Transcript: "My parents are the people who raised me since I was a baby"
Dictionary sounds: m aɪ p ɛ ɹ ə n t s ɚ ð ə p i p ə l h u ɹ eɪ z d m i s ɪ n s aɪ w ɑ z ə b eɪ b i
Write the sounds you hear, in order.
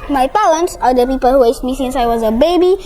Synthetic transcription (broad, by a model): m aɪ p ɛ l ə n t s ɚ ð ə p i p ə l h u w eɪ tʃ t m i s ɪ n s aɪ w ɑ z ə b eɪ b i